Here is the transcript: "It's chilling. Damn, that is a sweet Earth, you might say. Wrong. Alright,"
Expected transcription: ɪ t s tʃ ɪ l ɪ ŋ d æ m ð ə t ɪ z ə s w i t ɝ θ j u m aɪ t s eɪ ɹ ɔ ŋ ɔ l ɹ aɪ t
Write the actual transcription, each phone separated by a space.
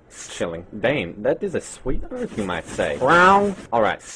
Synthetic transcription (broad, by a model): s tʃ ɪ l ɪ ŋ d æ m ð ə t ɪ z ə s w i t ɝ f j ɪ m aɪ t s eɪ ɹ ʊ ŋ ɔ l ɹ aɪ t